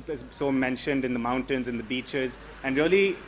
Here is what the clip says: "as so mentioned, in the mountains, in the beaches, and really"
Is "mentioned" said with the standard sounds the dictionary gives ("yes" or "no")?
yes